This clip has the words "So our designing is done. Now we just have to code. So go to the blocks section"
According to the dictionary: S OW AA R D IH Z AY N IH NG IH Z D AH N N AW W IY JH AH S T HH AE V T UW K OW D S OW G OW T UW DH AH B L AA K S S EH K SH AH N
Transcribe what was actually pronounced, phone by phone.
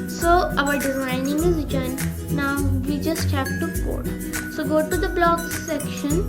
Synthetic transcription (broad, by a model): S OW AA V D IH Z AY N IH NG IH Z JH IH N N AW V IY JH AH S T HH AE P T UW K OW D S OW G OW T UW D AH B L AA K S S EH K SH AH N